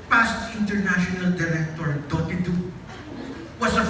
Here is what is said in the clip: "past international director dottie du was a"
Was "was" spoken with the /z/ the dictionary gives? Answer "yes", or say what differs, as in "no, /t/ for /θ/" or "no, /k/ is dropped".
no, /s/ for /z/